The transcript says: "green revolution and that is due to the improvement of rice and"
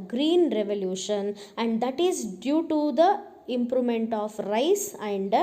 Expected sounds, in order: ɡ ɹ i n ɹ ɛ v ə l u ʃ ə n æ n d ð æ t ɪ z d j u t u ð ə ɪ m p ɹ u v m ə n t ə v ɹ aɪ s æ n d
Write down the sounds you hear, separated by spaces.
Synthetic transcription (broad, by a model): ɡ ɹ i n ɹ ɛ v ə l u ʃ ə n æ n d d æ t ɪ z d j u t u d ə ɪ m p ɹ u m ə n t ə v ɹ aɪ s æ n d